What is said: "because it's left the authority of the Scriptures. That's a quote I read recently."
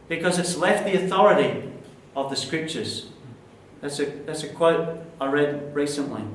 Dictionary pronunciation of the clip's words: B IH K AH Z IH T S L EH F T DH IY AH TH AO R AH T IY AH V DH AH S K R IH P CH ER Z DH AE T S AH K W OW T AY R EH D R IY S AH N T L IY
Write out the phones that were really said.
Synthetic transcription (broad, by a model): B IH K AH Z IH T S L EH F T DH IY AH TH AO R AH T IY AH V DH AH S K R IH P CH ER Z DH AE T S AH K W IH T AY R EH D R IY S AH N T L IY